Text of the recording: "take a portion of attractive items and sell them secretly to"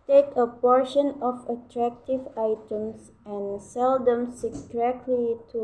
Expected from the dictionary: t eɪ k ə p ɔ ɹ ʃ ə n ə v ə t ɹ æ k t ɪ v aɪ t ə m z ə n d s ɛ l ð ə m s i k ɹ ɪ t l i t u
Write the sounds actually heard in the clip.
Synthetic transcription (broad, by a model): t eɪ k ə p ɔ ɹ ʃ ə n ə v ə t ɹ æ k t ɪ v aɪ t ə m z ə n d s ɛ l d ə m s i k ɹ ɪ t l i t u